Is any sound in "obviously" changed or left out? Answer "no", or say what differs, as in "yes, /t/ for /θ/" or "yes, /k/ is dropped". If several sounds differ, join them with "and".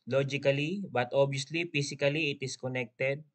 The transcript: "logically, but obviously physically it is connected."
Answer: yes, /v/ is dropped